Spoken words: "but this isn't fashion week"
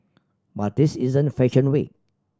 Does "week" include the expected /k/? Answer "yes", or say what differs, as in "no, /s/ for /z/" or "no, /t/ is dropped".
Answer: no, /k/ is dropped